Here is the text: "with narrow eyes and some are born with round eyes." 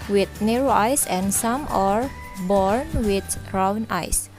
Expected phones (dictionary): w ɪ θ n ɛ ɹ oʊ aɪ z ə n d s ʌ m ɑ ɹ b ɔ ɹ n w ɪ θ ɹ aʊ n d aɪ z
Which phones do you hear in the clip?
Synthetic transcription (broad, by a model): w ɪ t n ɛ ɹ oʊ aɪ s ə n s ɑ m ɑ ɹ b ɔ ɹ n w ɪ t ɹ aʊ n aɪ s